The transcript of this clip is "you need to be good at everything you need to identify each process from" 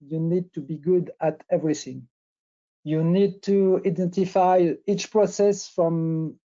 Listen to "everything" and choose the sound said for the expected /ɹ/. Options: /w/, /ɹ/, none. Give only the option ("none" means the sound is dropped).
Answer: /ɹ/